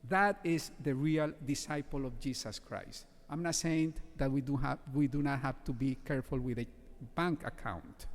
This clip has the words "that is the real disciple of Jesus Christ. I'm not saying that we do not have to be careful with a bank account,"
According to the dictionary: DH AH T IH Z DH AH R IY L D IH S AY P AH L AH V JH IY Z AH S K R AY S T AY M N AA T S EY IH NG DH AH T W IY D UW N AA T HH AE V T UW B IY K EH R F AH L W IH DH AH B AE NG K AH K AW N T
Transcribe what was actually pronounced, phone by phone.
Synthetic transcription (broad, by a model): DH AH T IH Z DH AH R IY L D IH S AY P AH L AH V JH IY S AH S K R AY S T AY M N AA T S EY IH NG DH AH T W IY D UW N AA T HH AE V T UW B IY K EH R F AH L W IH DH AH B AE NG K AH K AW N T